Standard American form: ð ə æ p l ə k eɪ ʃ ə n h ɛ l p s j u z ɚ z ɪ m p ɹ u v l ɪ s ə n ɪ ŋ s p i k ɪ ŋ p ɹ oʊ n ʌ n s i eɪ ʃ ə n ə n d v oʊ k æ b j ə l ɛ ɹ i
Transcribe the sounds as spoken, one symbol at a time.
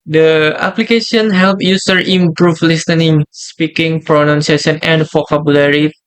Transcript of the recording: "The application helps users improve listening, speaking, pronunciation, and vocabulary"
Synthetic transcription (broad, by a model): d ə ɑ p l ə k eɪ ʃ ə n h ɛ l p j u s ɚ ɪ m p ɹ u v l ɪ s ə n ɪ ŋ s p i k ɪ ŋ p ɹ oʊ n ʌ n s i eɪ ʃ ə n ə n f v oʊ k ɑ b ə l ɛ ɹ i